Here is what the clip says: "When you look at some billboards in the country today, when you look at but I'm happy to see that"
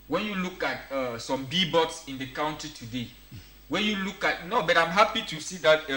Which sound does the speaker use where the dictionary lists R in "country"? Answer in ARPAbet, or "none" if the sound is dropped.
none